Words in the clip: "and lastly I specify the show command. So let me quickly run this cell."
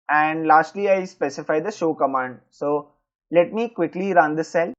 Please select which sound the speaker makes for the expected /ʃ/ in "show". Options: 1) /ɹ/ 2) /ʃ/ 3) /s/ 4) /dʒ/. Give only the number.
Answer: 2